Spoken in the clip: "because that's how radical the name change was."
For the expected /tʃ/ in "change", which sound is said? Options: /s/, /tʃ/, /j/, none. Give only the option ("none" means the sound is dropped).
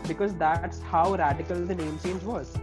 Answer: /s/